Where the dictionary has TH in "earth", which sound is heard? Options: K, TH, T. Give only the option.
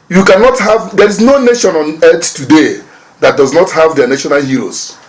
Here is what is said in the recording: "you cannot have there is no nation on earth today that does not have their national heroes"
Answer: T